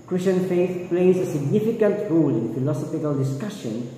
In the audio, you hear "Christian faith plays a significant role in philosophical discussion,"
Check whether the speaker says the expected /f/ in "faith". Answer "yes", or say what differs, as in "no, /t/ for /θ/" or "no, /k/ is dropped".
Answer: yes